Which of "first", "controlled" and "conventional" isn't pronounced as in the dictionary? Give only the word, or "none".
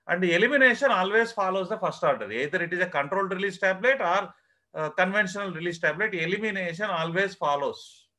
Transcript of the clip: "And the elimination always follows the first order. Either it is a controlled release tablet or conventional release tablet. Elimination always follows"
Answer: first